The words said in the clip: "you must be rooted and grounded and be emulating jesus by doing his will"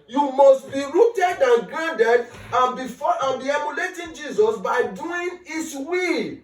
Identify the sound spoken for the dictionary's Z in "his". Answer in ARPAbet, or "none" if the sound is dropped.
S